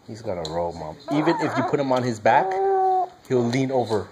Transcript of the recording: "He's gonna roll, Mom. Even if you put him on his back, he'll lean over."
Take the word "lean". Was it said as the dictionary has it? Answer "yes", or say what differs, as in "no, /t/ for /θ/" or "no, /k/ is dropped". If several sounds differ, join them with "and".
yes